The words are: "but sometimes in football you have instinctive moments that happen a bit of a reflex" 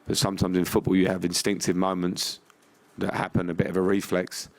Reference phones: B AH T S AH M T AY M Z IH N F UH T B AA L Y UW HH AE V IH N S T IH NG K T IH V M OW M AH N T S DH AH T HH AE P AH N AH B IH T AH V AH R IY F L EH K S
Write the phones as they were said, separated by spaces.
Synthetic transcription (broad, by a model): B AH T S AH M T AY M Z IH N F UH T B AA L Y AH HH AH V IH N S T IH NG K T IH V M OW M AH N T S DH AH T HH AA P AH N AH B IH T AH V AH R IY F L EH K S